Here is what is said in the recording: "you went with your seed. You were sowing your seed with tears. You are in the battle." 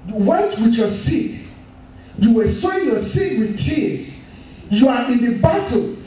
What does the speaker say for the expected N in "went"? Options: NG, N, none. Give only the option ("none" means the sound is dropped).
none